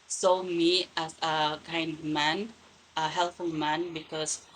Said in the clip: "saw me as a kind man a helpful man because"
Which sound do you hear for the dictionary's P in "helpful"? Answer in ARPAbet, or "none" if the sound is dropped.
none